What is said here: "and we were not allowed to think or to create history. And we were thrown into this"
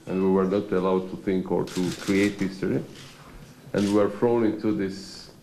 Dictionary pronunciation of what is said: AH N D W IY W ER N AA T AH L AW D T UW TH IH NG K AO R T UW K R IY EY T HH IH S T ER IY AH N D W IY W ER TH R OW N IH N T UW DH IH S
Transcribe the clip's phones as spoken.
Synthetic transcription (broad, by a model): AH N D W IY W ER N AA T AH L AW D T UW TH IH NG K AO R T UW K R IY EY T HH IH S T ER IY AH N D W IY W ER F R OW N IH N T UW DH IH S